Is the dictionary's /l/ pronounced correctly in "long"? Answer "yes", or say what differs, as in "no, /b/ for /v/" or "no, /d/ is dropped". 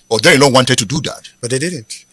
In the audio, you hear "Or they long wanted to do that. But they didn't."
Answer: no, /n/ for /l/